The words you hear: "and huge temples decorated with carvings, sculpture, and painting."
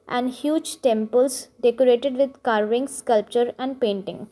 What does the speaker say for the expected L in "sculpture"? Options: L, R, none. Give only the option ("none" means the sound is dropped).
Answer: L